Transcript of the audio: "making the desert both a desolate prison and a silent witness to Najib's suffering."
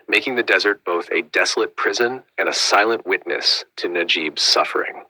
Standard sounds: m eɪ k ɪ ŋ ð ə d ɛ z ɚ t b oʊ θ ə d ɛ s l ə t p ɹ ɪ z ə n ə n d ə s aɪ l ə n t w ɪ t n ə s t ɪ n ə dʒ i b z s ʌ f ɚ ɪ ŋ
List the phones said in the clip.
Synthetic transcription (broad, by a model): m eɪ k ɪ ŋ ð ə d ɛ z ɚ t b oʊ θ ə d ɛ s l ə t p ɹ ɪ z ə n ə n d ə s aɪ l ə n t w ɪ t n ə s t ɪ n ə dʒ i b z s ʌ f ɚ ɪ ŋ